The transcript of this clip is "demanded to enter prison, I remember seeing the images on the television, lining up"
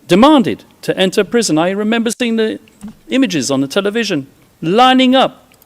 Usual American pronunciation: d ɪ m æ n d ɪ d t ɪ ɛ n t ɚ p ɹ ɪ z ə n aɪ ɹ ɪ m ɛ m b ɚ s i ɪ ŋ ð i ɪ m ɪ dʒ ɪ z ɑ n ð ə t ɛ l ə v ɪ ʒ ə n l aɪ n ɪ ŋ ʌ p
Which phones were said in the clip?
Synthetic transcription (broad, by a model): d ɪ m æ n d ɪ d t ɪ ɛ n t ɚ p ɹ ɪ z ə n aɪ ɹ ɪ m ɛ m b ɚ s i ɪ ŋ ð i ɪ m ɪ dʒ ɪ z n ð ə t ɛ l ə v ɪ ʒ ə n l aɪ n ɪ ŋ ʌ p